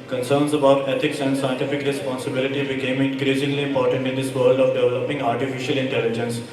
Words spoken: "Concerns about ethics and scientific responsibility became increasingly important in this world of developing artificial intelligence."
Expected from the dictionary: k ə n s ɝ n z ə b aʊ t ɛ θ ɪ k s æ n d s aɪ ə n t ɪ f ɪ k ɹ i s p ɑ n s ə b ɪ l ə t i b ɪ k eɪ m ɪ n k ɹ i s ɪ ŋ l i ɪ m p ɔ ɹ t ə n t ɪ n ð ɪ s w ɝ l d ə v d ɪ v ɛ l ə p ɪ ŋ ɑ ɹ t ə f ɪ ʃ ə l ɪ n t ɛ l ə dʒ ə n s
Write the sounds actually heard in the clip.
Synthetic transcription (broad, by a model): k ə n s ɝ n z ə b aʊ t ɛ t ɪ k s æ n d s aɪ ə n t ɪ f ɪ k ɹ i s p ɑ n s ə b ɪ l ə t i b ɪ k eɪ m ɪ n k ɹ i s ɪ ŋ l i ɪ p ɔ ɹ t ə n t ɪ n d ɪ s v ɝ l d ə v d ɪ v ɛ l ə p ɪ ŋ ɑ ɹ t ə f ɪ ʃ ə l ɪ n t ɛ l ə dʒ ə n s